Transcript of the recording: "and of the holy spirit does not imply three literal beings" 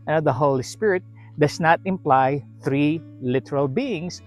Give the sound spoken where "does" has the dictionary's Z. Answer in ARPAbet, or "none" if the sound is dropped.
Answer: S